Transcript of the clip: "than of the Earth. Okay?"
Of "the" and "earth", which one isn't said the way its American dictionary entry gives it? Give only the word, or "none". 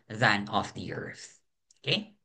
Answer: none